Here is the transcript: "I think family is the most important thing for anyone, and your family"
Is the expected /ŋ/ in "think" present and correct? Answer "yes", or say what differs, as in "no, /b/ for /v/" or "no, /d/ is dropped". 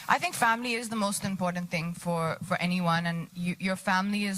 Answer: yes